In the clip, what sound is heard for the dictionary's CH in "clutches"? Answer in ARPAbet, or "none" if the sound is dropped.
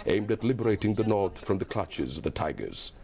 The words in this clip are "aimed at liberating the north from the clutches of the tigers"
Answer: CH